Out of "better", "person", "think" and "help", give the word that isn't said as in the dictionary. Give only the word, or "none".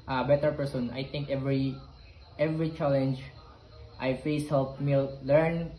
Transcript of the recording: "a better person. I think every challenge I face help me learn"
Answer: think